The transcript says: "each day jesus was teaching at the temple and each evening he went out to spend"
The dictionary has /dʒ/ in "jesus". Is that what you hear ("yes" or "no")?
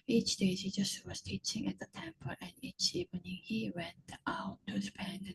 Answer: no